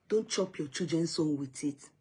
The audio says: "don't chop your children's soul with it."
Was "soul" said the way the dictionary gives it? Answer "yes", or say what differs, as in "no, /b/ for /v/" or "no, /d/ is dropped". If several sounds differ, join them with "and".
no, /n/ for /l/